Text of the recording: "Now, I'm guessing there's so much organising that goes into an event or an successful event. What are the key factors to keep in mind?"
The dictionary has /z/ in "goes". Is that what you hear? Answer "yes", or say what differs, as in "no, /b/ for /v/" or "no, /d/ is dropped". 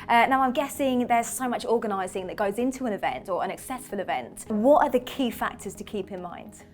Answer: yes